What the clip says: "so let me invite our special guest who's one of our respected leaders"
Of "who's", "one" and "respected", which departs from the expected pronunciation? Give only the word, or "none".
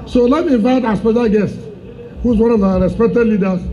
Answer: respected